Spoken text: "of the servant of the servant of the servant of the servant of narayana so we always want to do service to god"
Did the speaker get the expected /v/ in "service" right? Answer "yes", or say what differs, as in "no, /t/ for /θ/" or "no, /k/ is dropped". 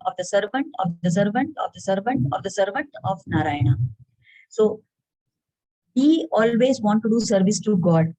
yes